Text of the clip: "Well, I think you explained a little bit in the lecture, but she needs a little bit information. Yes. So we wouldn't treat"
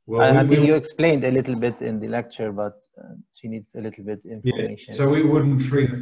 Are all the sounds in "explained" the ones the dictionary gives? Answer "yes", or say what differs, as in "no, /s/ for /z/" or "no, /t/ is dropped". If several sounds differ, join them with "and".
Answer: yes